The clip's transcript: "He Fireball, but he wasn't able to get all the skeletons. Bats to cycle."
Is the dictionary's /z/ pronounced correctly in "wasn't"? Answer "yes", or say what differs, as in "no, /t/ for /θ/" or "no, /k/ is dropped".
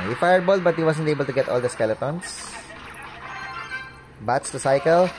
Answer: no, /s/ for /z/